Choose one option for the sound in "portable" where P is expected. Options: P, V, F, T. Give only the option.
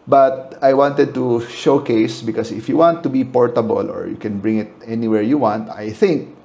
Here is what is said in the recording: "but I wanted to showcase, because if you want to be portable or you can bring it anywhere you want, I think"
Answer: P